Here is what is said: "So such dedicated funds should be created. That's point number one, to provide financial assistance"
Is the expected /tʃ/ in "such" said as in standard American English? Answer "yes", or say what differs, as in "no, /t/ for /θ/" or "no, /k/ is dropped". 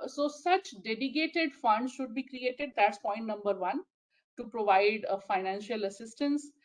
yes